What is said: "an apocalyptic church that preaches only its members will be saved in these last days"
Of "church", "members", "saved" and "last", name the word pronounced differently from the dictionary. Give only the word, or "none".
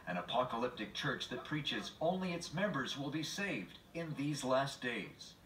none